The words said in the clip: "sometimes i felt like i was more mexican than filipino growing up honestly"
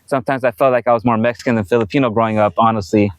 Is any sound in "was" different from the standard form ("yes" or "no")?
no